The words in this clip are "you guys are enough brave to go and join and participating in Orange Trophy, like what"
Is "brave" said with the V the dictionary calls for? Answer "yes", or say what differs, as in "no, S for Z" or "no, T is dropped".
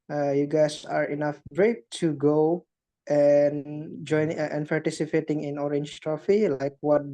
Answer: no, P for V